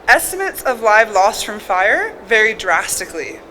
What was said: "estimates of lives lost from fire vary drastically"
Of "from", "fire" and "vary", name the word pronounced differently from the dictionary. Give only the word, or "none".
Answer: none